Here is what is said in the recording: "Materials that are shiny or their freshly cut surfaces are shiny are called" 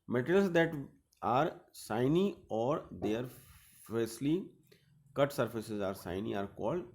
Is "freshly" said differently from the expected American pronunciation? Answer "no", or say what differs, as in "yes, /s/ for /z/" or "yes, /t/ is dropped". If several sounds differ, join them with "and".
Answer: yes, /s/ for /ʃ/